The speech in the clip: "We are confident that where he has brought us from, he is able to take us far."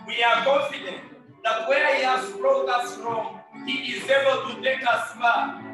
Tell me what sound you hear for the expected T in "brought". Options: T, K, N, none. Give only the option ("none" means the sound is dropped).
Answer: none